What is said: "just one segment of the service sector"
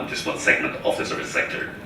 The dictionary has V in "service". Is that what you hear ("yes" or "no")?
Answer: no